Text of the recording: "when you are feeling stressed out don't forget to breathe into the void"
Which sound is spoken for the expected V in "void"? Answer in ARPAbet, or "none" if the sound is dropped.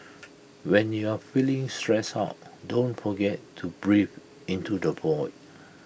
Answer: B